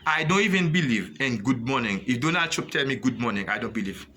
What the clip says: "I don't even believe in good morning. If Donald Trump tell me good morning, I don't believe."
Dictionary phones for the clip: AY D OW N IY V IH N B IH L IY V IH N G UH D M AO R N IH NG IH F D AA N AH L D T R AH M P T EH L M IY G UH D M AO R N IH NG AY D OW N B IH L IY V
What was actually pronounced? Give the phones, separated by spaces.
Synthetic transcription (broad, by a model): AY D OW N IY V IH N B IH L IY V IH N G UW D M AO N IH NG IH F D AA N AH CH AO P T EH L M IY G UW D M AO N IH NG AY D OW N B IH L IY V